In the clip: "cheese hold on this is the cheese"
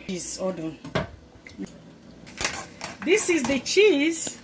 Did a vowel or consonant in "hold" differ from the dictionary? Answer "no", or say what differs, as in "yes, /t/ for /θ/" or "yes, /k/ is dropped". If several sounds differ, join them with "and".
yes, /l/ is dropped